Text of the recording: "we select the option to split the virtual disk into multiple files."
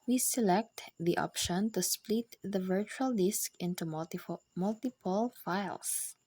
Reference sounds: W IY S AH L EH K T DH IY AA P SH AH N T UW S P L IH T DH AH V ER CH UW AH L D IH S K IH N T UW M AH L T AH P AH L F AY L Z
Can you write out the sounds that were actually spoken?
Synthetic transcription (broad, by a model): W IY S AH L EH K T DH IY AA P SH AH N T UW S P L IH T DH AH V ER CH UW AH L D IH S K IH N T UW M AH L T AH P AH L F AY L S